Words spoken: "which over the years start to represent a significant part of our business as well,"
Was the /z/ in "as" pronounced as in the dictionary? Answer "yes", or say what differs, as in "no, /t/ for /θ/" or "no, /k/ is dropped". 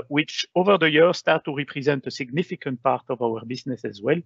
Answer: yes